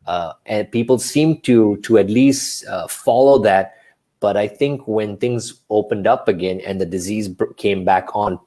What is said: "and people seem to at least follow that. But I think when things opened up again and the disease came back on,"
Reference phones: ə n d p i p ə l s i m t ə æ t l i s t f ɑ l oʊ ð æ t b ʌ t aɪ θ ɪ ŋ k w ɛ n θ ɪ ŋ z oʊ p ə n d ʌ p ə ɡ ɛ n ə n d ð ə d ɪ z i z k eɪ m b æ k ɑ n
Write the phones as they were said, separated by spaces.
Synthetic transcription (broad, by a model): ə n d p i p ə l s i m t ə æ t l i s t f ɑ l oʊ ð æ t b ʌ t aɪ θ ɪ ŋ k w ɛ n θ ɪ ŋ z oʊ p ə n d ʌ p ə ɡ ɛ n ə n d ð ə d ɪ z i z k eɪ m b æ k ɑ n